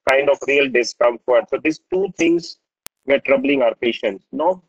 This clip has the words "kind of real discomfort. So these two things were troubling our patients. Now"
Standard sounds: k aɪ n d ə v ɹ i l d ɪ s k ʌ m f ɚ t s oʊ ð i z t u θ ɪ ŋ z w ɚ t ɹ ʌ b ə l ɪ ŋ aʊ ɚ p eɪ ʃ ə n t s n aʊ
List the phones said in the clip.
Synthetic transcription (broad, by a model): k aɪ n d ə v ɹ i l d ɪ s k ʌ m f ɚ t s oʊ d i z t u t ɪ ŋ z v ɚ t ɹ ʌ b ə l ɪ ŋ aʊ ɚ p eɪ ʃ ə n t s n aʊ